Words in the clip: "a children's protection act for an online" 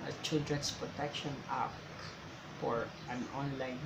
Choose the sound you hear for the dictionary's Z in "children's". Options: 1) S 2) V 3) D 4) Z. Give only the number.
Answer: 1